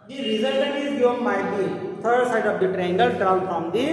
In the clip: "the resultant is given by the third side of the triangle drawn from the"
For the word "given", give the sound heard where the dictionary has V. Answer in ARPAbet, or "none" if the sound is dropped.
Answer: none